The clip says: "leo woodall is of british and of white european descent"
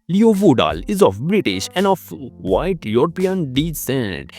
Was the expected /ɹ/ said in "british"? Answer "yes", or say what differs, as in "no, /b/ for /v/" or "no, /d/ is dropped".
yes